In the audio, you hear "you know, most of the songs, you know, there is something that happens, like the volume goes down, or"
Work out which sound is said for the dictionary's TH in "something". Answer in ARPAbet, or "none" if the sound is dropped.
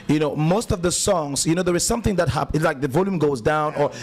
TH